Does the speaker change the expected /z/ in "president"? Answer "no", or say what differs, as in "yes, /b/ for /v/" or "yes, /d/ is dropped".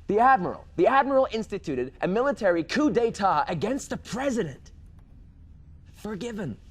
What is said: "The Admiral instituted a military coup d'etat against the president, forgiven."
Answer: no